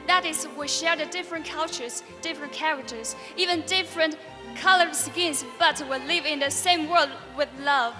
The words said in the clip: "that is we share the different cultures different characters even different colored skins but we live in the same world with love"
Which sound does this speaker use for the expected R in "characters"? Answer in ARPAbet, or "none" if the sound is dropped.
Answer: R